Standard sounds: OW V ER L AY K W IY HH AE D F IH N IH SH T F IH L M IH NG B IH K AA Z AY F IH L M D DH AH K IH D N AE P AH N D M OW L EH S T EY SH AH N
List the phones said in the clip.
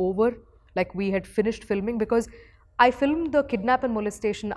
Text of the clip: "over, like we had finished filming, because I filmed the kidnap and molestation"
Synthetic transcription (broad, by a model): OW V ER L AY K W IY HH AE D F IH N IH SH T F IH L M IH NG B IH K AA Z AY F IH L M D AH K IH D N AE P AH N D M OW L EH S T EY SH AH N